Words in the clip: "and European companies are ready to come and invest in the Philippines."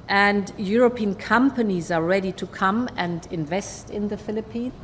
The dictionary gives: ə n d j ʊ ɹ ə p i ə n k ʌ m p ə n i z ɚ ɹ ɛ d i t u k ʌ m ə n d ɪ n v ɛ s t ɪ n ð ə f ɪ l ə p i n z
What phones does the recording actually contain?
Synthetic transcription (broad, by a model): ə n d j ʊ ɹ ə p i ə n k ʌ m p ə n i z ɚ ɹ ɛ d i t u k ʌ m ə n d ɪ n v ɛ s t ɪ n ð ə f ɪ l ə p i n